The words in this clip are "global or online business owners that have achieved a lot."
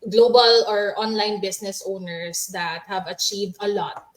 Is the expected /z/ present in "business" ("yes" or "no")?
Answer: no